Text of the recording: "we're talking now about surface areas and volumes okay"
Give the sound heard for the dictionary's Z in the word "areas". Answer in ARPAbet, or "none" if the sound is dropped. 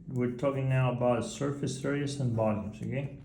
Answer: S